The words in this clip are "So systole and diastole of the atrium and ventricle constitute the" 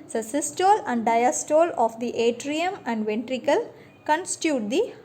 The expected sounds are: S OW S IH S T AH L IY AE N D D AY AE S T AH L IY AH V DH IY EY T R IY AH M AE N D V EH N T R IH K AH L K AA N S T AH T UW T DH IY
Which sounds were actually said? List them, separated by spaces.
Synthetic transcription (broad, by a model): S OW S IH S T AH L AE N D D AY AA S T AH L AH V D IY EY T R IY AH M AE N D V EH N T R IH K AH L K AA N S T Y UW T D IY